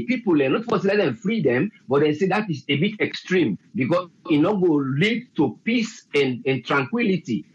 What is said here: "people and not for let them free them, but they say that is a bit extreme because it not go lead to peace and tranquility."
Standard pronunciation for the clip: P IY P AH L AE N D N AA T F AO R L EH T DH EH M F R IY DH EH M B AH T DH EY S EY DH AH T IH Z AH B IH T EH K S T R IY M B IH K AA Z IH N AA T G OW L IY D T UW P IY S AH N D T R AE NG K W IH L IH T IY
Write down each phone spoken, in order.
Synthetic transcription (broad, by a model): P IY P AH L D N AA T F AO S L EH T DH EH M F R IY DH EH M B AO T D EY S EY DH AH T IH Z AH B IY T EH K S T R IY M B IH K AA IH N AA G OW L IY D T UW P IY S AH N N T R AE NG K W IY L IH T IY